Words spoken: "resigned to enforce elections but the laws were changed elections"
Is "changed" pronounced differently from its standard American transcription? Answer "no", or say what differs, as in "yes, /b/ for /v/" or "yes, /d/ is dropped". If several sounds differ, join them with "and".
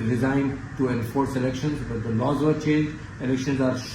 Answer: yes, /d/ is dropped